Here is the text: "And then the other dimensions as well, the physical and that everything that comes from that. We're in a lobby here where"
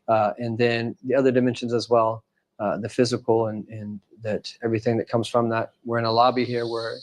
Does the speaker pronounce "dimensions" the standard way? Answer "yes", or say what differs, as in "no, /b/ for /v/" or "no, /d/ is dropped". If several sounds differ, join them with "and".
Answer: yes